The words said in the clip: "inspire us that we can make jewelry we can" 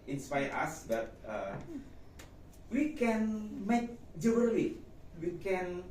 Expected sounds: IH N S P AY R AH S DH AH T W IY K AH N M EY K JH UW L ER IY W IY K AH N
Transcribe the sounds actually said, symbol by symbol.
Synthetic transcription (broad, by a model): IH N S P AY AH S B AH T W IY K AH N M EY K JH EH N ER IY W IY K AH N